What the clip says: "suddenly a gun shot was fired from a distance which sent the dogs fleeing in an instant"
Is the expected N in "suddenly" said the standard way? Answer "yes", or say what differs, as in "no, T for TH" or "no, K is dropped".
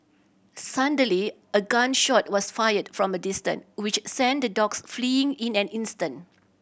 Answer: no, N is dropped